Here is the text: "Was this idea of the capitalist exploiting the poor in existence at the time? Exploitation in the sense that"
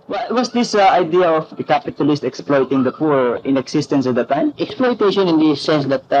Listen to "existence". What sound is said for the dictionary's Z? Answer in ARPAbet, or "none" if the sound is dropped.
S